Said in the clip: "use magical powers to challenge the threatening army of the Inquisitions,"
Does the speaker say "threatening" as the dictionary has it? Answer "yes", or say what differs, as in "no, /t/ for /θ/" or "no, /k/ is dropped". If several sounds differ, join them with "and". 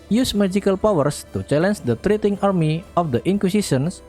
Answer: no, /t/ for /θ/ and /n/ is dropped